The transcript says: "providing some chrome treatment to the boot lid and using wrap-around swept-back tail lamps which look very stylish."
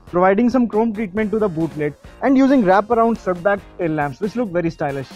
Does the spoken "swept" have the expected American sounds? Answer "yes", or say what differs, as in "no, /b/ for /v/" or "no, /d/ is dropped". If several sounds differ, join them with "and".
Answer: no, /p/ is dropped